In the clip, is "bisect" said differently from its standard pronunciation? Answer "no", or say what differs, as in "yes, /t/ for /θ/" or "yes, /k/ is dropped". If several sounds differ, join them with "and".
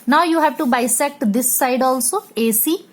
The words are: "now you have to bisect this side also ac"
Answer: no